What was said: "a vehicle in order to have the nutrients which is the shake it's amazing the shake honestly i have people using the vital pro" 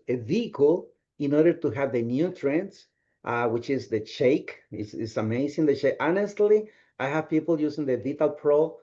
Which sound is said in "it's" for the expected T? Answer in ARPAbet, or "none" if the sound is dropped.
S